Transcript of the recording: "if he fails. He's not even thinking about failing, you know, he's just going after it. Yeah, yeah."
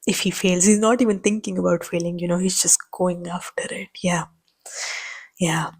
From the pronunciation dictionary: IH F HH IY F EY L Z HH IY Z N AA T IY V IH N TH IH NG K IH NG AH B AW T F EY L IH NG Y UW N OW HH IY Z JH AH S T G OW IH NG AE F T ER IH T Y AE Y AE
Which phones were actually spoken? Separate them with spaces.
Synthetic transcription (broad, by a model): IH F HH IY F EY L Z HH IY Z N AA T IY V IH N T IH NG K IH NG AH B AW T F EY L IH NG Y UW N OW HH IY Z JH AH S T G OW IH NG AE F T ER IH T Y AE Y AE